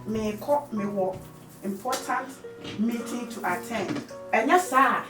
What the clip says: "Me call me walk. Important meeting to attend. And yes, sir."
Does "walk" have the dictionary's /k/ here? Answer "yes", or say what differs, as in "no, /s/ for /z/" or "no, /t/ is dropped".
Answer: no, /k/ is dropped